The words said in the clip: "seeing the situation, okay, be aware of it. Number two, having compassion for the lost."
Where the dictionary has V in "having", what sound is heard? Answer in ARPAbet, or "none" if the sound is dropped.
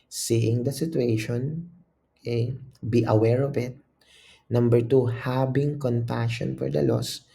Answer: B